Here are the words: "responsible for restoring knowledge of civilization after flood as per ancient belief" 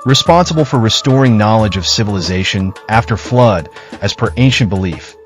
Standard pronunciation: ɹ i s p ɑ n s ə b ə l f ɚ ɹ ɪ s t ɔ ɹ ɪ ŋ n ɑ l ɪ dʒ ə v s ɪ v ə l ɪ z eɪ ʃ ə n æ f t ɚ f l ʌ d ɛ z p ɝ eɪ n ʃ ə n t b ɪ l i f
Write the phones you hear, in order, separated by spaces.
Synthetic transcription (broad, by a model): ɹ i s p ɑ n s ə b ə l f ɚ ɹ ɪ s t ɔ ɹ ɪ ŋ n ɑ l ɪ dʒ ə v s ɪ v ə l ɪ z eɪ ʃ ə n æ f t ɚ f l ʌ d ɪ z p ɝ eɪ n ʃ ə n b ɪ l i f